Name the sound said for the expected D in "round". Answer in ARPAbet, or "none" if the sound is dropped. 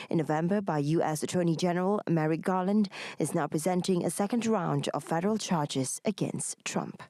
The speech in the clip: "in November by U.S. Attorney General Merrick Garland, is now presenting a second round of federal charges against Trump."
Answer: D